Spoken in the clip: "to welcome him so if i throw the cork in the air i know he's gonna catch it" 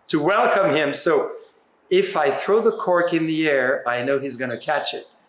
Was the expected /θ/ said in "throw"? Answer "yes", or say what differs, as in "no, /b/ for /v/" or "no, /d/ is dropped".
yes